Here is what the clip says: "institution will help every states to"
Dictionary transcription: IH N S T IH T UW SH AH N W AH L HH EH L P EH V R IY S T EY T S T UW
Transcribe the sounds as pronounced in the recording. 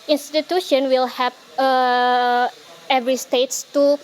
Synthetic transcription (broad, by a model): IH N S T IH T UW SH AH N W AH L HH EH P EH V R IY S T EY T S T UW